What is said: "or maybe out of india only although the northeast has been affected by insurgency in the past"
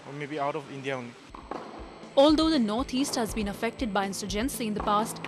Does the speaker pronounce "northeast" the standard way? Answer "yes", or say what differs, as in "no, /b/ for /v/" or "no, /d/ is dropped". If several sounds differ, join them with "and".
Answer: no, /t/ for /θ/